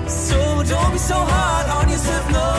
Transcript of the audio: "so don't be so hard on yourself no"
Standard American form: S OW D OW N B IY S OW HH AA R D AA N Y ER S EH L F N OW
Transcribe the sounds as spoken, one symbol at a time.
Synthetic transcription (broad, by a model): S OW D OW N B IY S OW HH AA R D AA N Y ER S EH F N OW